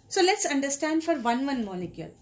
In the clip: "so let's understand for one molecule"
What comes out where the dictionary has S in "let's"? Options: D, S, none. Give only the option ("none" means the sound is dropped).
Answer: S